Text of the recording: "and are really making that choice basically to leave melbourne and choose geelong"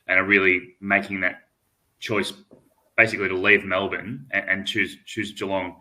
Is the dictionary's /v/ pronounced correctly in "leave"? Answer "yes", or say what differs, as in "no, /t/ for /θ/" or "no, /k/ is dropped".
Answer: yes